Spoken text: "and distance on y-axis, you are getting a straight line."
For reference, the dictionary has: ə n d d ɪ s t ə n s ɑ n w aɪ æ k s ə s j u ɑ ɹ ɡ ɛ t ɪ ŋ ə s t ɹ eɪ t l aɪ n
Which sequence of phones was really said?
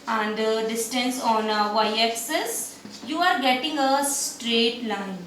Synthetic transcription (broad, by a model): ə n d d ɪ s t ə n s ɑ n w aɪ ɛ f s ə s j u ɑ ɹ ɡ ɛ t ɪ ŋ ə s t ɹ eɪ t l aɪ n